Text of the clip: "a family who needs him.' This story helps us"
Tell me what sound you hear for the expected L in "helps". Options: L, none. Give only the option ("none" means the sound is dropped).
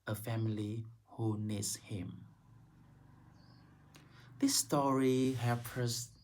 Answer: none